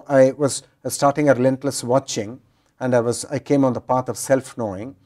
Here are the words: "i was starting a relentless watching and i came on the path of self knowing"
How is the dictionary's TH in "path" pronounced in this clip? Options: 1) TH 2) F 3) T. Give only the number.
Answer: 3